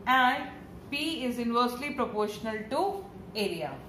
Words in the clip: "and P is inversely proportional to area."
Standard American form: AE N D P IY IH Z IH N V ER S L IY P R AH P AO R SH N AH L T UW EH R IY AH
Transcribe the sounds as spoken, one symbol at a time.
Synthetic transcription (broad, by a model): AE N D P IY IH Z IH N V ER S L IY P R AH P AO R SH N AH L T UW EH R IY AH